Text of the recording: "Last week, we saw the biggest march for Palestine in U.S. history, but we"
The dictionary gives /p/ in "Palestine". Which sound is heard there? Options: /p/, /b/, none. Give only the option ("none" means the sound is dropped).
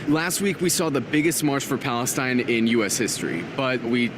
/p/